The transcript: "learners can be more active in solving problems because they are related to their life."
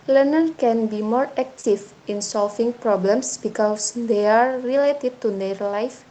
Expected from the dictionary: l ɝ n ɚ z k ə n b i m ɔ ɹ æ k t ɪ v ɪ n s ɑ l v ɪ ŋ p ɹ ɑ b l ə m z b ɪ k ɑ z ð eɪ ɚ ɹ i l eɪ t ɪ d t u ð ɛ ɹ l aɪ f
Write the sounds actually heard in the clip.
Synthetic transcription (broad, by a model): l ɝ n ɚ k ə n b i m ɔ ɹ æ k t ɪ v ɪ n s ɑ l f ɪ ŋ p ɹ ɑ b l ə m s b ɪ k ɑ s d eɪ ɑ ɹ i l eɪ t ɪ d t u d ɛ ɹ l aɪ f